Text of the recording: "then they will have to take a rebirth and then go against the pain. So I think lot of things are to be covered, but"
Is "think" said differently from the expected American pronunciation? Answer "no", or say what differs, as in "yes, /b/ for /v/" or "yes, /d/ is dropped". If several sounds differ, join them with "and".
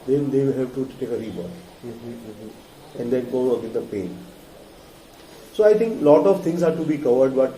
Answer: yes, /t/ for /θ/